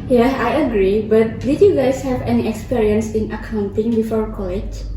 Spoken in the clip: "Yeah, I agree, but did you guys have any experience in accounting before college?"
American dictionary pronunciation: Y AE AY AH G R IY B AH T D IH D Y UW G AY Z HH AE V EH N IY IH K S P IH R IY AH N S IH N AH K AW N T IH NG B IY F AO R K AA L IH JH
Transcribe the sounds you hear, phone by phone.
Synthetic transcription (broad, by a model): Y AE AY AH G R IY B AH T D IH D Y UW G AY S HH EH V EH N IY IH K S P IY R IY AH N S IH N AH K AW N T IH NG B IY F AO R K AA L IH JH